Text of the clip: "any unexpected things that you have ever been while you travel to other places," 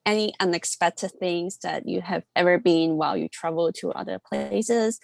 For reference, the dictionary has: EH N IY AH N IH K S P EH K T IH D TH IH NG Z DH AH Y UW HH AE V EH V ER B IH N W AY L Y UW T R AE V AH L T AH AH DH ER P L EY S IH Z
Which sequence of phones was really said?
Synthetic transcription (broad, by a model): EH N IY AH N IH K S P EH K T IH D TH IH NG Z DH AH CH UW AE V EH V ER B IH N W AY L Y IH T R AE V L T AH AH DH ER P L EY S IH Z